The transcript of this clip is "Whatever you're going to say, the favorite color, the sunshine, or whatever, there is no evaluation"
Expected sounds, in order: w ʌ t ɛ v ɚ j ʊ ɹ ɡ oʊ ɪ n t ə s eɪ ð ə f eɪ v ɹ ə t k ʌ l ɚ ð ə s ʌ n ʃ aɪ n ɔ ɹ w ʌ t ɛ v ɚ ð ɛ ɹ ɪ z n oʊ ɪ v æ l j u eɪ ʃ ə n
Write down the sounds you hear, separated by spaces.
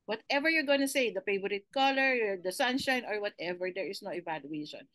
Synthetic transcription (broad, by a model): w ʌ t ɛ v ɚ j ʊ ɹ ɡ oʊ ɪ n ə s eɪ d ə p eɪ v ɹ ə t k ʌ l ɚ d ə s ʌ n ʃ aɪ n ɔ ɹ w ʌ t ɛ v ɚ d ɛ ɹ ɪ s n oʊ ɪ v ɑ l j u eɪ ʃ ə n